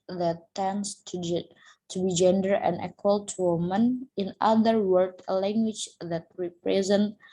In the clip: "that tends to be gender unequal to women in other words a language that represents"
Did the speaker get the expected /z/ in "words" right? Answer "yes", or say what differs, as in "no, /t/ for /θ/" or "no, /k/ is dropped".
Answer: no, /z/ is dropped